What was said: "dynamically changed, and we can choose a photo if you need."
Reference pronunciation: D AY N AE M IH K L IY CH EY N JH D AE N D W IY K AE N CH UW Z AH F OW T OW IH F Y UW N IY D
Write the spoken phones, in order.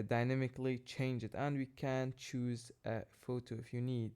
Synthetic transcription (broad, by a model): D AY N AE M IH K L IY CH EY N JH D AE N D W IY K AE N CH UW Z AH F OW T OW IH F Y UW N IY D